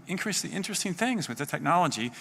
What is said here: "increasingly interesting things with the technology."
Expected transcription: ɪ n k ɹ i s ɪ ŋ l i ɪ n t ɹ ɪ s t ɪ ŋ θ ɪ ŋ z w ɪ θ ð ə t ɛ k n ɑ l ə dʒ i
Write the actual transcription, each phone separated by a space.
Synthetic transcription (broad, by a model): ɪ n k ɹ i s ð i ɪ n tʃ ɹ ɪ s t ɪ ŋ θ ɪ ŋ z w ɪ ð ə t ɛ k n ɑ l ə dʒ i